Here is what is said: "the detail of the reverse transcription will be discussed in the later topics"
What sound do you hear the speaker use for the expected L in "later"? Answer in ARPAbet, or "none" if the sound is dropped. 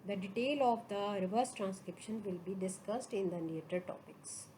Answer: N